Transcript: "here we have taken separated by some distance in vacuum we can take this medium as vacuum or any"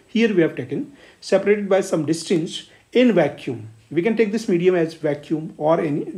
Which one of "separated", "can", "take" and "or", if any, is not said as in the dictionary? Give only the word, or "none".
none